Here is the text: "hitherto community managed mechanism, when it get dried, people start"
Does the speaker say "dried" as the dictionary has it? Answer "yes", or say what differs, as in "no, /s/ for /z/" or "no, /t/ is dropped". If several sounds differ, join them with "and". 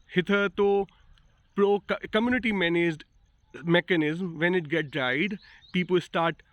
no, /ɹ/ is dropped